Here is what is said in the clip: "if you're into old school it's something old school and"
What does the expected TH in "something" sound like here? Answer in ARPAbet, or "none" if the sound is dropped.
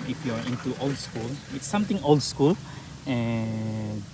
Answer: T